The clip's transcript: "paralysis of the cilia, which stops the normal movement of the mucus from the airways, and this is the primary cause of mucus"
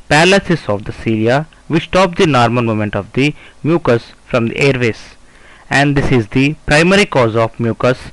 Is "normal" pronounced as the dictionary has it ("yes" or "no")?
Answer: no